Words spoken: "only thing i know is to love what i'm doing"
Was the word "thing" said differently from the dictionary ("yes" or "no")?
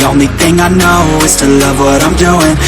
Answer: no